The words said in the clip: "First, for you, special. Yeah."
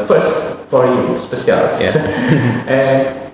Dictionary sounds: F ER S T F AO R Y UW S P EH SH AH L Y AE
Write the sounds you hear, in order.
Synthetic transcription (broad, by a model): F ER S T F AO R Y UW S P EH S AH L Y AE